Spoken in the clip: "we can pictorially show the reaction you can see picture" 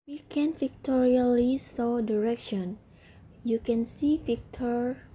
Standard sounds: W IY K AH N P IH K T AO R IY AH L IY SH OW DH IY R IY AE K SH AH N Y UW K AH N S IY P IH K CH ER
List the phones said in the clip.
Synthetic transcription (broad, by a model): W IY K AH N F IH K T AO R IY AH L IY S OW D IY R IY K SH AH N Y UW K AH N S IY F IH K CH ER